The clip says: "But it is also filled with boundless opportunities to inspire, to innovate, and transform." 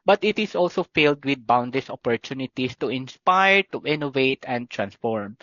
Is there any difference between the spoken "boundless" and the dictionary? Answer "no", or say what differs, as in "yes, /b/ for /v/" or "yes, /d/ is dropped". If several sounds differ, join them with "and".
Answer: yes, /l/ is dropped